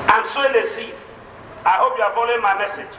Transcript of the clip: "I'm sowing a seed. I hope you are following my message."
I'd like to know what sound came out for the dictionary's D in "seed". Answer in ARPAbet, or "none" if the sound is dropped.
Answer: none